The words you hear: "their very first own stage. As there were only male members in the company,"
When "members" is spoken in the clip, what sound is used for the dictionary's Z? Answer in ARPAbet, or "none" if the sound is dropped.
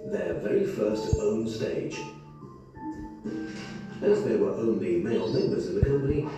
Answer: Z